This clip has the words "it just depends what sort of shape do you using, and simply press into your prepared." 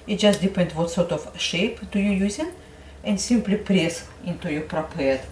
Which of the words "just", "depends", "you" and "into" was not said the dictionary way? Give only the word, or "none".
depends